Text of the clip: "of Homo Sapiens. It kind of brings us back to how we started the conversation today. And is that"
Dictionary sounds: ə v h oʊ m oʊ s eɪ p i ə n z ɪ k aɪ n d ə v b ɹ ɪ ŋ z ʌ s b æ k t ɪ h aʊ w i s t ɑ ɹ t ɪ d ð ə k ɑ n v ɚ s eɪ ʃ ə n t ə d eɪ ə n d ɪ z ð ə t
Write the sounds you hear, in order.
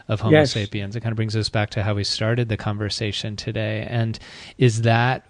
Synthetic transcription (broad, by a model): ə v h oʊ ʊ s eɪ p i ə n z ɪ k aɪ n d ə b ɹ ɪ ŋ z ʌ s b æ k t ɪ h aʊ w i s t ɑ ɹ t ɪ d ð ə k ɑ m v ɚ s eɪ ʃ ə n t ə d eɪ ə n ɪ z ð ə t